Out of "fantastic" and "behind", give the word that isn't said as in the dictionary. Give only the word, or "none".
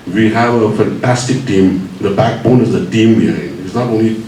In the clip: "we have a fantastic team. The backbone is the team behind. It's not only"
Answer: behind